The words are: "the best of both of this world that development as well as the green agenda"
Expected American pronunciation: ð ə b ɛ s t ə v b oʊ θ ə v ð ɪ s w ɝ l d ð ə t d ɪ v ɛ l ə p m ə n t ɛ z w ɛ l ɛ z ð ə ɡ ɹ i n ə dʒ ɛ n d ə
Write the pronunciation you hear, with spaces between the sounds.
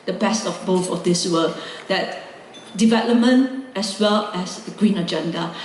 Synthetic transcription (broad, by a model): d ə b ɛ s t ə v b oʊ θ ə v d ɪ s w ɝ d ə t d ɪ v ɛ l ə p m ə n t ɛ s w ɛ l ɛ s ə ɡ ɹ i n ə dʒ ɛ n d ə